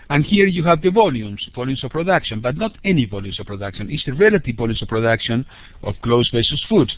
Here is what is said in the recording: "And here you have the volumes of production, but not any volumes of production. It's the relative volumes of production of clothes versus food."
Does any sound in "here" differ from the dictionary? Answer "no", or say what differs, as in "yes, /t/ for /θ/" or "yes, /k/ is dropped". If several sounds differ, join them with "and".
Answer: no